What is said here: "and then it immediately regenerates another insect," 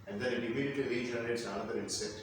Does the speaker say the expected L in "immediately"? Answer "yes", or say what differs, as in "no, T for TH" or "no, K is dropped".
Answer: no, L is dropped